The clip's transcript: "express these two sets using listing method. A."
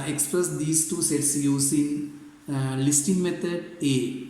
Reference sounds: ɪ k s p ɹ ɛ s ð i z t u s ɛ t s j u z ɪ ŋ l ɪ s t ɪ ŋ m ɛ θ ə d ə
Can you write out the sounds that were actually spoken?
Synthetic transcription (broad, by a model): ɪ k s p ɹ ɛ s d i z t u s ɛ t s j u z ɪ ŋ l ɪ s t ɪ ŋ m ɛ t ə d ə